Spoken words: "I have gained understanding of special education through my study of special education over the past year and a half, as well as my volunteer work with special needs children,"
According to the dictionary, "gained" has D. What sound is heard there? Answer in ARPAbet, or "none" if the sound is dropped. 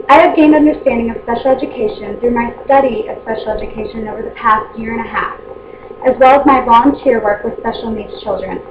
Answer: D